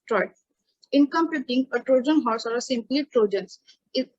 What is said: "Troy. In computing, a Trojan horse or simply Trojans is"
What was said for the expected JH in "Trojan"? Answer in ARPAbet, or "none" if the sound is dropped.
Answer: JH